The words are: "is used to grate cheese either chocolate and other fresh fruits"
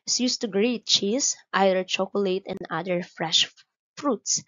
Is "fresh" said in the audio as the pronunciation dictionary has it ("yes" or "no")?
yes